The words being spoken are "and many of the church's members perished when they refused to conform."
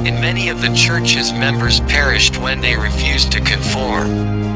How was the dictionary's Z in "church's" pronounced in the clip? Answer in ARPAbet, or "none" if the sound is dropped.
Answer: Z